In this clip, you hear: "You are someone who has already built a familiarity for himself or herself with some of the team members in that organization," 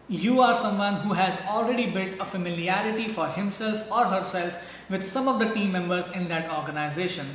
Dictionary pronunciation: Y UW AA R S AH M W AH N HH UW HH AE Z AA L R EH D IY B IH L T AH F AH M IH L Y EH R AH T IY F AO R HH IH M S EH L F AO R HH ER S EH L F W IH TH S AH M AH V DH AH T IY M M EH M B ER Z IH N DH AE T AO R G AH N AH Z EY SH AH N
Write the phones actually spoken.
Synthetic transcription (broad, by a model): Y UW AA R S AH M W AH N HH UW HH AE Z AA L R EH D IY B IH L T AH F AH M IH L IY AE R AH T IY F AO R HH IH M S EH L F AO R HH ER S EH L F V IH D S AH M AH V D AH T IY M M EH M B ER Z IH N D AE T AO R G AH N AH Z EY SH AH N